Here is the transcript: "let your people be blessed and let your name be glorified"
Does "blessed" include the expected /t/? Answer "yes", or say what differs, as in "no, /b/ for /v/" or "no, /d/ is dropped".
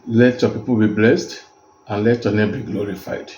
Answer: yes